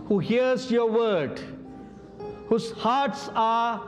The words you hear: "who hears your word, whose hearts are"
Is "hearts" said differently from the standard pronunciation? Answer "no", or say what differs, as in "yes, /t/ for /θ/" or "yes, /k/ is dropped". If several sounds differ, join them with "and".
no